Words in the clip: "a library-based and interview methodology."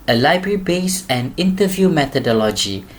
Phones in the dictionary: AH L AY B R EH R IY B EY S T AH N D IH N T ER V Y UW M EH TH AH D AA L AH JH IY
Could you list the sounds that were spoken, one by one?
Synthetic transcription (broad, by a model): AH L AY B R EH R IY B EY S AH N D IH N T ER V Y UW M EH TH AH D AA L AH JH IY